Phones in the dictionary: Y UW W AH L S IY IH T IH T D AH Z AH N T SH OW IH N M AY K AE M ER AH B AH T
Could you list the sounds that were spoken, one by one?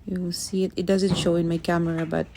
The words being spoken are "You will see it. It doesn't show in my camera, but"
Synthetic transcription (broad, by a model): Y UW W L S IY IH T IH T D AH Z AH N T SH OW IH N M AY K AE M ER AH B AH T